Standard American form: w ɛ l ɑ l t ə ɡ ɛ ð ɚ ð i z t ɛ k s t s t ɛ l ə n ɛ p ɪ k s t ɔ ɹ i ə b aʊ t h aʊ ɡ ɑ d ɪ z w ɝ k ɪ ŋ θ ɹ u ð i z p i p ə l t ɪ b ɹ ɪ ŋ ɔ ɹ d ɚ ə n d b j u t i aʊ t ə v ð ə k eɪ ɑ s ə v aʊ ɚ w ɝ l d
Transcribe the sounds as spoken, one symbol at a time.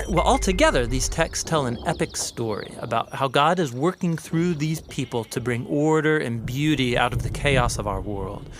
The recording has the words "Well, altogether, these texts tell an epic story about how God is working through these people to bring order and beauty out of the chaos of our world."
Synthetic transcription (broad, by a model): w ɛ l ɑ l t ə ɡ ɛ ð ɚ ð i z t ɛ k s s t ɛ l ə n ɛ p ɪ k s t ɔ ɹ i ə b aʊ t h aʊ ɡ ɑ d ɪ z w ɝ k ɪ ŋ θ ɹ u ð i z p i p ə l t ɪ b ɹ ɪ ŋ ɔ ɹ d ɚ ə n b j u t i aʊ t ə v ð ə k eɪ ɑ s ə v aʊ ɚ w ɝ l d